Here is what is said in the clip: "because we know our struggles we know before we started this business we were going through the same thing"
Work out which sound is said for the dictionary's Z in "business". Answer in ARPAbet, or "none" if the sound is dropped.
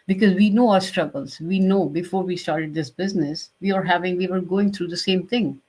Z